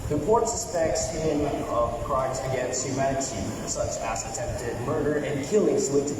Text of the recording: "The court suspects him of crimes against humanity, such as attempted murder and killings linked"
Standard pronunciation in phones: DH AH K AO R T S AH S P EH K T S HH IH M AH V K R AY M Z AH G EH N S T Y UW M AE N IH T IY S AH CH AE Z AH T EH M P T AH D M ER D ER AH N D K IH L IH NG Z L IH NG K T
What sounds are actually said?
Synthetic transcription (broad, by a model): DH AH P AO R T S AH S P EH K T S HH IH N AH V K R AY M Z AH G EH N S T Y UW M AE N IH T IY S AH CH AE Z AH T EH M P T AH D M ER D ER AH N K IH L IH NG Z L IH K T